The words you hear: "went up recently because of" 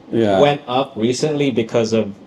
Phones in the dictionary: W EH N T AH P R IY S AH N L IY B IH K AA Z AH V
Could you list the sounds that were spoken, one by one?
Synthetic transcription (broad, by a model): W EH N T AH P R IY S AH N L IY B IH K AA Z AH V